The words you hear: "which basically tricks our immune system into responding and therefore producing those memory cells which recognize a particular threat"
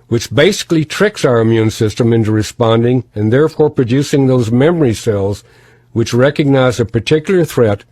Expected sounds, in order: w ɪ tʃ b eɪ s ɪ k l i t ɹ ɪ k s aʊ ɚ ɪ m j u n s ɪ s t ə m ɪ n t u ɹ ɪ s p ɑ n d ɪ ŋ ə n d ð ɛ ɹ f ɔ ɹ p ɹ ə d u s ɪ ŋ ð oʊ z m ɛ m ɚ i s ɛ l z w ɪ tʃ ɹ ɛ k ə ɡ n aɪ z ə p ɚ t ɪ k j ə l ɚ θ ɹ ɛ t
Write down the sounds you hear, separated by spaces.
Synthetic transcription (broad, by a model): w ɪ tʃ b eɪ s ɪ k l i t ɹ ɪ k s aʊ ɚ ɪ m j u n s ɪ s t ə m ɪ n t u ɹ ɪ s p ɑ n d ɪ ŋ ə n ð ɛ ɹ f ɔ ɹ p ɹ ə d u s ɪ ŋ ð oʊ z m ɛ m ɚ i s ɛ l z w ɪ tʃ ɹ ɛ k ə ɡ n aɪ z ə p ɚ t ɪ k j l ɚ θ ɹ ɛ t